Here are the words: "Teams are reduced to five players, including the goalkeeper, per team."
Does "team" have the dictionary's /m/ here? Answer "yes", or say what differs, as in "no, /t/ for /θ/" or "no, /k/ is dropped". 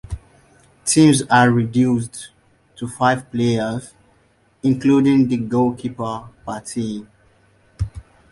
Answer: no, /m/ is dropped